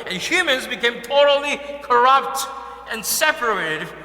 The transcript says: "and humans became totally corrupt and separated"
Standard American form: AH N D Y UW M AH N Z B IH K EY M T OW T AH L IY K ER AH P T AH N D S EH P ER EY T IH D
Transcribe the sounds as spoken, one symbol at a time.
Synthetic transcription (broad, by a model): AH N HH Y UW M AH N Z B IH K EY M T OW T L IY K ER AH P T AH N S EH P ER EY T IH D